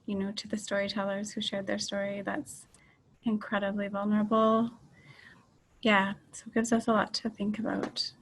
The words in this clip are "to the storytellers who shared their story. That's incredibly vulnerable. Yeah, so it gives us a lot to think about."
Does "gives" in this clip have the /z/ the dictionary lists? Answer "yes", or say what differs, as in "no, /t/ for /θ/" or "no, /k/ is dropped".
yes